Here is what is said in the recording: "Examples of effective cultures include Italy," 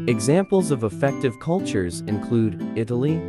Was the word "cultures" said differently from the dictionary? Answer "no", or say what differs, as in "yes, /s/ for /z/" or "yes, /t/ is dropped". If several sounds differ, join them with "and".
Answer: no